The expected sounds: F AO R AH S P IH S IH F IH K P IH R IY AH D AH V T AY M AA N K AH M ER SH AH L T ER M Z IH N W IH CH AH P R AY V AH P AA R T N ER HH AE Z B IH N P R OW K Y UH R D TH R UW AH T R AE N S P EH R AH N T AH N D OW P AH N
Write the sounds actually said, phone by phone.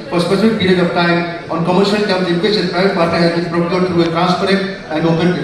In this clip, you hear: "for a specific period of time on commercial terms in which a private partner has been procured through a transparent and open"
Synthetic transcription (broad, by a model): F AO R S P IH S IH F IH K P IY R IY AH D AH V T AY M AA N K AH M ER SH AH L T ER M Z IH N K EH S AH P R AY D P AA R T N ER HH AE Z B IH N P R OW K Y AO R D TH R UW AH T R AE N S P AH R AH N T AH N D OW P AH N